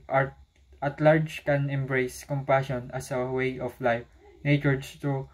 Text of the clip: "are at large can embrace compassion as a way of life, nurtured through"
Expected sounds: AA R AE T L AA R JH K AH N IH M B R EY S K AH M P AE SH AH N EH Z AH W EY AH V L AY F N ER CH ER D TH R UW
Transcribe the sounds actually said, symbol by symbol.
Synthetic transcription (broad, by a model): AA R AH T L AA R JH K AH N IH M B R EY S K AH M P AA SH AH N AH S AH W EY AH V L AY F N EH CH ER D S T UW